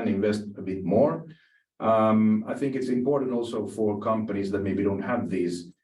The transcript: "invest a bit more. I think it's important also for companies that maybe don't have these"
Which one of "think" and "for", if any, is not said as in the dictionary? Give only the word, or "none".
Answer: none